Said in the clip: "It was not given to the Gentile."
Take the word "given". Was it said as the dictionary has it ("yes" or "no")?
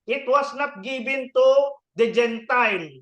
no